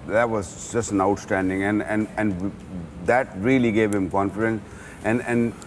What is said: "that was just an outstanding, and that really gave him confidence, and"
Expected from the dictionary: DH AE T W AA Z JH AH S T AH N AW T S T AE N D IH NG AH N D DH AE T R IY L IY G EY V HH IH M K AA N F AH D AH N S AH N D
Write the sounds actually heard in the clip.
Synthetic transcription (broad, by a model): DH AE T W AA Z JH AH S T AH N AW T S T AE N D IH NG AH N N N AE T R IY L IY G EY V HH IH M K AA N F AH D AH N S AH N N